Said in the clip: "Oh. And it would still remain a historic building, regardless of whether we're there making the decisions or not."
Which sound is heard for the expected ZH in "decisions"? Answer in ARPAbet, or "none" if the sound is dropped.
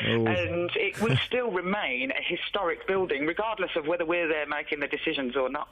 ZH